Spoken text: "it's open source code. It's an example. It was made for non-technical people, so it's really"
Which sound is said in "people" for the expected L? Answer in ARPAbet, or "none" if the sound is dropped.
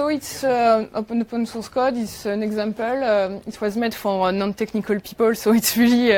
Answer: L